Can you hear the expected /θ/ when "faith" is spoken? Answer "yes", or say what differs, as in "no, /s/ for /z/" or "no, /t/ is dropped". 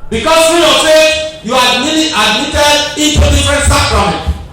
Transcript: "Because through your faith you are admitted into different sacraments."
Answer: no, /s/ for /θ/